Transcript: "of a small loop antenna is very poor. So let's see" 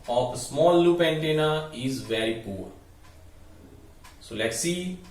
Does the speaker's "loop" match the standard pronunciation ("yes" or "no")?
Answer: yes